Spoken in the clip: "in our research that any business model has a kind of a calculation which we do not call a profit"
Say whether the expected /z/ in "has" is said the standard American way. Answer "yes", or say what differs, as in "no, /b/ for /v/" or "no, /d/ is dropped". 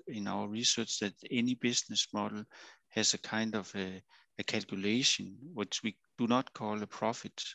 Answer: no, /s/ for /z/